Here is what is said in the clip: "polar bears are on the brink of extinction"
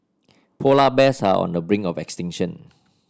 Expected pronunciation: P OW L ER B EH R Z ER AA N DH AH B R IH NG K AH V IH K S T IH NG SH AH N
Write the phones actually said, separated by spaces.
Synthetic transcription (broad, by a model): P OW L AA B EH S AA AA N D AH B R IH NG AH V IH K S T IH NG SH AH N